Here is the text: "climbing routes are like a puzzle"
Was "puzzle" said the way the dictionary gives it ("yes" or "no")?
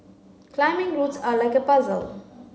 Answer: yes